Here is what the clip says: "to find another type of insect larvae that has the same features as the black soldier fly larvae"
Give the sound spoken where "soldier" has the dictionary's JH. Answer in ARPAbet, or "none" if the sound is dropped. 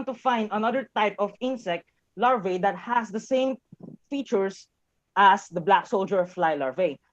JH